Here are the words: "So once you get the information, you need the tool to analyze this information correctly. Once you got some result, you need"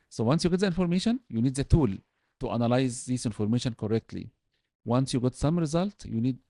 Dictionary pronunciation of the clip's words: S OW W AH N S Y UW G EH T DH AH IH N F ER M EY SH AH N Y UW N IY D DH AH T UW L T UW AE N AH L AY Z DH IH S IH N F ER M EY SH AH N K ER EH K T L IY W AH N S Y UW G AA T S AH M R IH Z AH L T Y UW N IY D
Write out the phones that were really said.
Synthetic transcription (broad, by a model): S OW W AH N S Y UW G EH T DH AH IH N F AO M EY SH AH N Y UW N IY D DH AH T UW L T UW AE N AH L AY Z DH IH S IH N F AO M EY SH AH N K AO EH K T L IY W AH N S Y UW G AA T S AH M R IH Z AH L T Y UW N IY D